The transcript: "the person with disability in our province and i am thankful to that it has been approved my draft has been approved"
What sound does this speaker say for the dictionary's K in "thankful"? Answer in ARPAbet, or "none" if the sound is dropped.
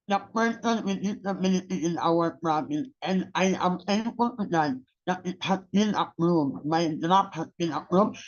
none